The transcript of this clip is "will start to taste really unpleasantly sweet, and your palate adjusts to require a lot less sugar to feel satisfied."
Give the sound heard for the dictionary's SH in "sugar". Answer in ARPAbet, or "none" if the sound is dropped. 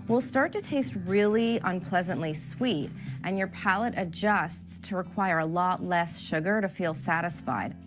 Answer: SH